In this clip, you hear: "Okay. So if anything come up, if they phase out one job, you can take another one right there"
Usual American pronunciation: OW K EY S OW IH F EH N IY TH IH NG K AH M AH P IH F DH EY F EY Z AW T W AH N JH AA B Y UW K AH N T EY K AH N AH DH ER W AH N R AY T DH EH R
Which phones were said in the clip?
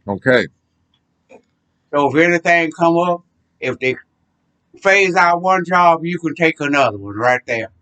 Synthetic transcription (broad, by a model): OW K EY S OW IH F EH N IY TH IH NG K AH M AH P IH F DH EY F EY Z AW T W AH N JH AA B Y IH K AH N T EY K AH N AH DH ER W AH N R AY T DH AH R